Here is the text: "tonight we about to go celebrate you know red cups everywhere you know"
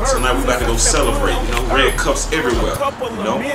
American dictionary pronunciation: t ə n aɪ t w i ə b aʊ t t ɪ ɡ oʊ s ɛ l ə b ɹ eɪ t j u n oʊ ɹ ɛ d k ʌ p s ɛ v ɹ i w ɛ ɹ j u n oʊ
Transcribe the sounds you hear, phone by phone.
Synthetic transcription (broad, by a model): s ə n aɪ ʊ w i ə ɪ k t ɪ ɡ oʊ s ɛ l ə b ɹ eɪ t j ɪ n oʊ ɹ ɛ k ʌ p s ɛ v ɹ i w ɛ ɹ j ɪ n oʊ